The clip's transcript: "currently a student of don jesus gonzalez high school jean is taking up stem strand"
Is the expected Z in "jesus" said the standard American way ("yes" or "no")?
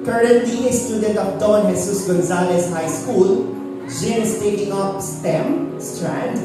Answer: no